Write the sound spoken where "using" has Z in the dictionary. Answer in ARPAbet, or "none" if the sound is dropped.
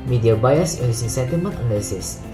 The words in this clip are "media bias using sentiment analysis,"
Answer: S